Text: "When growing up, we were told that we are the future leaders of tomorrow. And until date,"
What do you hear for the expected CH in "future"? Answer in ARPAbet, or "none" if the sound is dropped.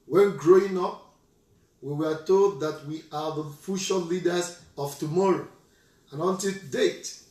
SH